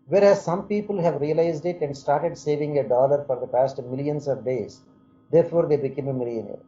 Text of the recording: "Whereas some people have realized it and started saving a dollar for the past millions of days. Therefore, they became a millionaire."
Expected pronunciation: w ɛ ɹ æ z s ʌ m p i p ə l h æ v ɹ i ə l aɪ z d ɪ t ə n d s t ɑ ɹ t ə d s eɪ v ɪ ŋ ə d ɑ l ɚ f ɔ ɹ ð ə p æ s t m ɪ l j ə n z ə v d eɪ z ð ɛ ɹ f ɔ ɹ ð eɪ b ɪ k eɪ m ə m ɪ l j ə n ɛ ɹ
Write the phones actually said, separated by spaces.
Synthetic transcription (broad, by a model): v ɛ ɹ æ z s ʌ m p i p ə l h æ v ɹ i ə l aɪ z d ɪ t ə n d s t ɑ ɹ t ə d s eɪ v ɪ ŋ ə d ɑ l ɚ f ɔ ɹ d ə p æ s t m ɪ l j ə n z ə v d eɪ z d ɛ ɹ f ɔ ɹ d eɪ b ɪ k eɪ m ə m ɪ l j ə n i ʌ